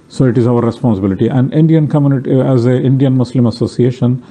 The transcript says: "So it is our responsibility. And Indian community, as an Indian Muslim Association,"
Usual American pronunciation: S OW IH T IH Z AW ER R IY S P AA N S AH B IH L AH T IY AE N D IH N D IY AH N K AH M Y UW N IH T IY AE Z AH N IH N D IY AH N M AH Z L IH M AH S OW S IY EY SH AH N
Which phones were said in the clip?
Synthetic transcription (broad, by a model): S OW IH T IH Z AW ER R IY S P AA N S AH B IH L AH T IY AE N D IH N D IY AH N K AH M Y UW N IH T IY AE Z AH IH N D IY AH N M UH S L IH M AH S OW S IY EY SH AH N